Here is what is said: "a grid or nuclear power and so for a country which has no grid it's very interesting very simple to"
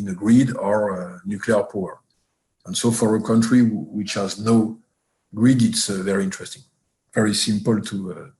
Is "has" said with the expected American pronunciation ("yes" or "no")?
yes